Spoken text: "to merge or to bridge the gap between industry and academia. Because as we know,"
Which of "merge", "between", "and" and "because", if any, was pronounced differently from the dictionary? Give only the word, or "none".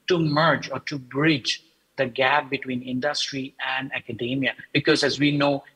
none